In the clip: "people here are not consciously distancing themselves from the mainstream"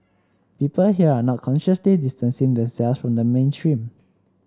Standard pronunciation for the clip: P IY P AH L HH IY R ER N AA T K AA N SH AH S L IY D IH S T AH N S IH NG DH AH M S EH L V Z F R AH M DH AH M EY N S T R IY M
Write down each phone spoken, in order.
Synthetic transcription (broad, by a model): P IY P AH L HH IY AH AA N AA T K AA N SH AH S L IY D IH S T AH N S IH NG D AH M S EH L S F R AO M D AH M EY N S T R IY M